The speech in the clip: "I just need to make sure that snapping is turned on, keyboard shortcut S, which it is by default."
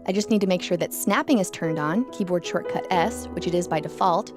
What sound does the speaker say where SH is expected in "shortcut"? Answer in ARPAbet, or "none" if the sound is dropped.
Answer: SH